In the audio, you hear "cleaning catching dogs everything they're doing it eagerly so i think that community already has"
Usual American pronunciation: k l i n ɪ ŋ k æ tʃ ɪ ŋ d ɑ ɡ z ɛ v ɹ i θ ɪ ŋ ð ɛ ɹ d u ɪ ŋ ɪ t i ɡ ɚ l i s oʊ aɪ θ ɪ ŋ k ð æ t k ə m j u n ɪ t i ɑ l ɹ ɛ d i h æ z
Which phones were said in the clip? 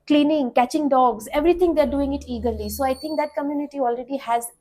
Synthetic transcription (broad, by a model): k l i n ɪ ŋ k æ tʃ ɪ ŋ d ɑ ɡ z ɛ v ɹ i t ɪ ŋ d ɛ ɹ d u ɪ ŋ ɪ t i ɡ ɚ l i s oʊ aɪ t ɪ ŋ k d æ t k ə m j u n ɪ t i ɑ l ɹ ɛ d i h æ z